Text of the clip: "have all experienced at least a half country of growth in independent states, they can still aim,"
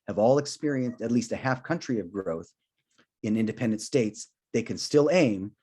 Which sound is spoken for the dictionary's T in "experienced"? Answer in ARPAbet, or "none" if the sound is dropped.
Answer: T